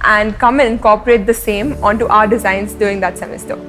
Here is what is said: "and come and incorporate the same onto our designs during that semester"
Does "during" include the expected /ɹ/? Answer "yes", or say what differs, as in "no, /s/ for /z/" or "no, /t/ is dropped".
no, /ɹ/ is dropped